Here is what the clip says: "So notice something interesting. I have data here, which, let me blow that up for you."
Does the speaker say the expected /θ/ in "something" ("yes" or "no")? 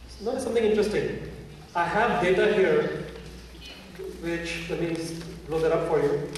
no